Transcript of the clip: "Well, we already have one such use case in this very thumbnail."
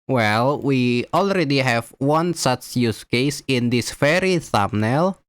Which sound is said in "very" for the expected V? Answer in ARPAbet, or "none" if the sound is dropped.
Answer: F